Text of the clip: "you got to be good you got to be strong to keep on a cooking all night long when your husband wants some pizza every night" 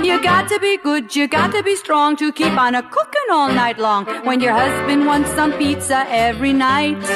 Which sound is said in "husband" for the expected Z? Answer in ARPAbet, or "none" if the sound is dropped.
Z